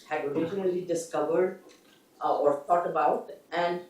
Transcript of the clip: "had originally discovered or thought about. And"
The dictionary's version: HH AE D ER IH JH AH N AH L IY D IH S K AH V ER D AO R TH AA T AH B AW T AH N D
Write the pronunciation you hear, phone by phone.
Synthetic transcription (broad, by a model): HH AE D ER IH JH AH N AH L IY D IH S K AH V ER D AO R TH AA T AH B AW T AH N D